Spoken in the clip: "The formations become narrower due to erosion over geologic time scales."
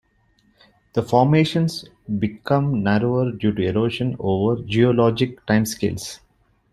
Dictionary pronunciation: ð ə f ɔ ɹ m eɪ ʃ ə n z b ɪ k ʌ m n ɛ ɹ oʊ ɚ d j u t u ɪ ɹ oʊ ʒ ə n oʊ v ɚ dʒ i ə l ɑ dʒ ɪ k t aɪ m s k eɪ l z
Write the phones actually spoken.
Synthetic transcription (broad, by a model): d ə f ɔ ɹ m eɪ ʃ ə n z b ɪ k ʌ m n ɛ ɹ oʊ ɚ d j u t u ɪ ɹ oʊ ʃ ə n oʊ v ɚ dʒ i ə l ɑ dʒ ɪ k t aɪ m s k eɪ l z